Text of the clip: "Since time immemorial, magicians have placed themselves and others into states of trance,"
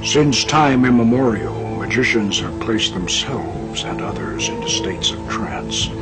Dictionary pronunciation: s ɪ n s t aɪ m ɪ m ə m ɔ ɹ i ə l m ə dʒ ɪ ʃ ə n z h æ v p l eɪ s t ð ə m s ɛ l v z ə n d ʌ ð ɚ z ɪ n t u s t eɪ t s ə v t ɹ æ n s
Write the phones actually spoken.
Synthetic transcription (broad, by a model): s ɪ n s t aɪ m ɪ m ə m ɔ ɹ i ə l m ə dʒ ɪ ʃ ə n z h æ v p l eɪ s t ð ə m s ɛ l v z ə n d ʌ ð ɚ z ɪ n t u s t eɪ t s ə v t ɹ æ n s